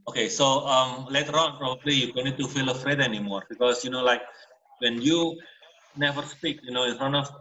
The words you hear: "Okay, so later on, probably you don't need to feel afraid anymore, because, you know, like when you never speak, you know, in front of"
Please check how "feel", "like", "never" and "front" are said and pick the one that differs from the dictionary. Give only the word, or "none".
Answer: front